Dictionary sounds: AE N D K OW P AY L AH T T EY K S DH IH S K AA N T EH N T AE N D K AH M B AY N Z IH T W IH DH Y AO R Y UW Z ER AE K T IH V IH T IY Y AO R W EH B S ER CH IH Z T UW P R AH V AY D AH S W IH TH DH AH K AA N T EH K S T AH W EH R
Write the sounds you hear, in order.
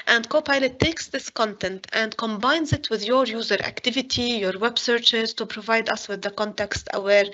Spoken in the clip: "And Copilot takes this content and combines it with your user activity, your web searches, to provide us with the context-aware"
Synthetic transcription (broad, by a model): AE N D K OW P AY L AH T T EY K S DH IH S K AA N T EH N T AE N D K AH M B AY N Z IH T W IH DH Y AO R Y UW Z ER AE K T IH V IH T IY Y AO R W EH B S ER CH IH Z T UW P R AH V AY D AH S W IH DH AH K AA N T EH K S T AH W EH R